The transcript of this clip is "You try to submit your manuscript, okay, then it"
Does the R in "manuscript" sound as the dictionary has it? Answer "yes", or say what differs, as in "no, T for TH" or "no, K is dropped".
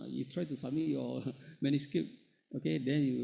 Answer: no, R is dropped